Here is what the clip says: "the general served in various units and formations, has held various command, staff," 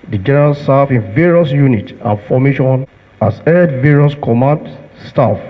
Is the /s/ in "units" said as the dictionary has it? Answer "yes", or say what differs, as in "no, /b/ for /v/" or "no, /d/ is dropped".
no, /s/ is dropped